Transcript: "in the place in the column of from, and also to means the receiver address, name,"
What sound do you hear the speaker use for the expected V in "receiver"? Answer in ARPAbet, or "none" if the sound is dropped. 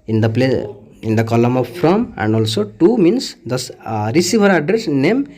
B